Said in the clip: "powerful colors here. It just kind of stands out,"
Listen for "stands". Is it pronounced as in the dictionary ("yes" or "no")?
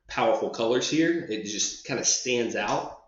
yes